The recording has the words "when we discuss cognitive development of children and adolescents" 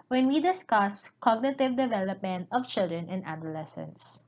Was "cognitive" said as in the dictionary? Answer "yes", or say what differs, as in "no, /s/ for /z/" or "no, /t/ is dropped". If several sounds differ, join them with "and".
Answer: yes